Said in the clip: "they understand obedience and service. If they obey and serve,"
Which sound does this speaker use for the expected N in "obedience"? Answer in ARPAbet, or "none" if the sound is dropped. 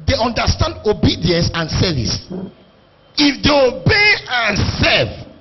N